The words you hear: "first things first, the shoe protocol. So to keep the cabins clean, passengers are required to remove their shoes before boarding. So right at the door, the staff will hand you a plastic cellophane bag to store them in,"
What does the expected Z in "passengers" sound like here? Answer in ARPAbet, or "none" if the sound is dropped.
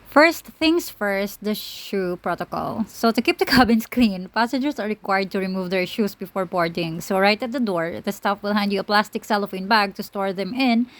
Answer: S